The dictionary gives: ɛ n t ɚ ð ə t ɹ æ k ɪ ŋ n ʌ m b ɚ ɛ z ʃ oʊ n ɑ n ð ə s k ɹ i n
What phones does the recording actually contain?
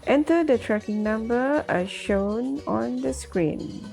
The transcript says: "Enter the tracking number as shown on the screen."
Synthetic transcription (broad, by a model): ɛ n t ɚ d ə t ɹ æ k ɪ ŋ n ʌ m b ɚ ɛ ʃ oʊ n ɑ n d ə s k ɹ i n